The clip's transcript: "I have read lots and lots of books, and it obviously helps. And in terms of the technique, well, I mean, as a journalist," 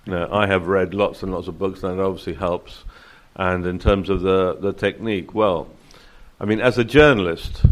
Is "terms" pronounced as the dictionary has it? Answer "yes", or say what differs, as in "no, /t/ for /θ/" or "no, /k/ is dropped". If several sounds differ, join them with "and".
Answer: yes